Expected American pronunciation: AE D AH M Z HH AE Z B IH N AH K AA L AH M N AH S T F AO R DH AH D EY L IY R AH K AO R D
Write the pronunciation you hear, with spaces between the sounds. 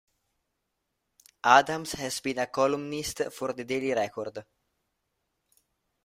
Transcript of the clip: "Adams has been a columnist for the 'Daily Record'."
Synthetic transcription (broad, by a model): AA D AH M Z HH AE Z B IH N AH K AA L AH M N AH S T F AO R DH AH D EY L IY R AH K AO R D